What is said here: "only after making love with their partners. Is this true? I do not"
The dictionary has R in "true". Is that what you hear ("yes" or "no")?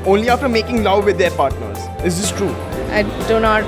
yes